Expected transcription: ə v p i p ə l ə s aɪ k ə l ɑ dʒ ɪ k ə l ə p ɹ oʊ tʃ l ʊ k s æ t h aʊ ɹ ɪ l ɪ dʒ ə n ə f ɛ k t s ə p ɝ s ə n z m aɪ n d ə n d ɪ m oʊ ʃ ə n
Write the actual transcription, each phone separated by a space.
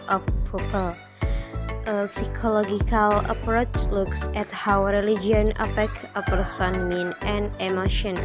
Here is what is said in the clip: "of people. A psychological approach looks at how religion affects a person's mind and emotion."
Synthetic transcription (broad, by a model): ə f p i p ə l ə s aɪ k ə l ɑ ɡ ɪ k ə l ə p ɹ oʊ tʃ l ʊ k s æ t h aʊ ɹ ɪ l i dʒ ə n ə f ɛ k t ə p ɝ s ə n m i n ə n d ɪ m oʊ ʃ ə n